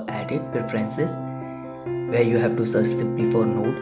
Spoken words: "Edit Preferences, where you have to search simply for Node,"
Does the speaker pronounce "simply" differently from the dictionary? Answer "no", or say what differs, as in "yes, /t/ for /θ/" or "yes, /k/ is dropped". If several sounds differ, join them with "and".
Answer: yes, /m/ is dropped